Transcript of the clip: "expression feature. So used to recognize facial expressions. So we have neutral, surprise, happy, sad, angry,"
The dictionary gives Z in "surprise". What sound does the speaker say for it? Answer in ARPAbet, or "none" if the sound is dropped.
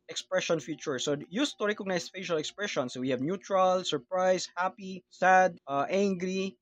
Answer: S